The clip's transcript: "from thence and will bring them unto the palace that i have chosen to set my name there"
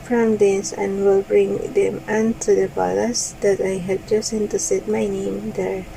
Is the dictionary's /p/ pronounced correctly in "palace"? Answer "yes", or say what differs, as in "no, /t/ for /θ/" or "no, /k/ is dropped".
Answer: no, /b/ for /p/